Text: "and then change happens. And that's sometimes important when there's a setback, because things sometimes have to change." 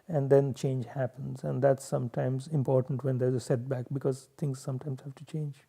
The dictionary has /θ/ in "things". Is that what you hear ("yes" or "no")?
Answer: no